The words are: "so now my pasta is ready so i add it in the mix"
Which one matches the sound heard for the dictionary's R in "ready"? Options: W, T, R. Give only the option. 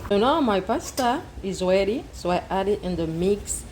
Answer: W